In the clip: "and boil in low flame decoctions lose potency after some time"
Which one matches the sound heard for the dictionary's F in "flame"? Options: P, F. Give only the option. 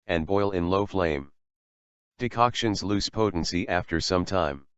F